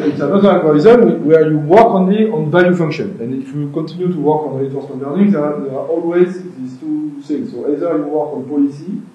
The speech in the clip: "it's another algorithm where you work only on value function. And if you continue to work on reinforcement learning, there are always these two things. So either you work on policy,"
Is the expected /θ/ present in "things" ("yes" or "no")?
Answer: no